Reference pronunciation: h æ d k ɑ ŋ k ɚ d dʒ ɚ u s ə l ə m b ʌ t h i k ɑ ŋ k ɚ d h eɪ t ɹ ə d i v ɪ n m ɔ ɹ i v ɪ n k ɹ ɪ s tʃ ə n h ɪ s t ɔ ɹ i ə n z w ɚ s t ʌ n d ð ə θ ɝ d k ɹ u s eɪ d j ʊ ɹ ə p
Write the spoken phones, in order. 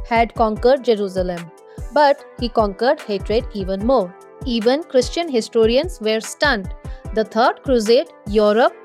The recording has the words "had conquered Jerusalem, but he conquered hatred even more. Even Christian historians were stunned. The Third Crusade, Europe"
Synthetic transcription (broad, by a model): h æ d k ɑ ŋ k ɚ d dʒ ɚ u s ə l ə m b ʌ t h i k ɑ ŋ k ɚ d h eɪ t ɹ ə d i v ɪ n m ɔ ɹ i v ɪ n k ɹ ɪ s tʃ ə n h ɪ s t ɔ ɹ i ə n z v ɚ s t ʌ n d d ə t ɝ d k ɹ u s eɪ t j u ɹ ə p